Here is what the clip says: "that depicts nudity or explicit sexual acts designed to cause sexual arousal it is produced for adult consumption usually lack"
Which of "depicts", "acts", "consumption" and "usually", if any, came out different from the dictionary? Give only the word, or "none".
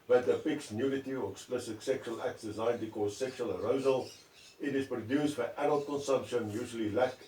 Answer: depicts